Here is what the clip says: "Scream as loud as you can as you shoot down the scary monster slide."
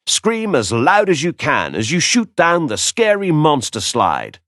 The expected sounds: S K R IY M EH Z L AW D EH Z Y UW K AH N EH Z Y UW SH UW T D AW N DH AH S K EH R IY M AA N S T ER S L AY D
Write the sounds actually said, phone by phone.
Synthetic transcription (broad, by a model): S K R IY M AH Z L AW D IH Z Y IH K AH N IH Z Y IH SH UW T D AW N DH AH S K EH R IY M AA N S T ER S L AY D